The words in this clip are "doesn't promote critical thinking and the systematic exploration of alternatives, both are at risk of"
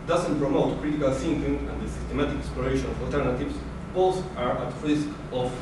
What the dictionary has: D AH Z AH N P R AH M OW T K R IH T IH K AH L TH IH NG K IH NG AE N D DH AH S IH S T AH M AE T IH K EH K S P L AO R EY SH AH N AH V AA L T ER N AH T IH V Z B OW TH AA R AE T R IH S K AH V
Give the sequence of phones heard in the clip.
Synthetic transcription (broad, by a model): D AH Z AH N P R AH M OW T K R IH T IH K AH L S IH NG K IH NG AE N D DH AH S IH S T AH M AE T IH K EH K S P L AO R EY SH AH N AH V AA L T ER N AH T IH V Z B OW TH AA R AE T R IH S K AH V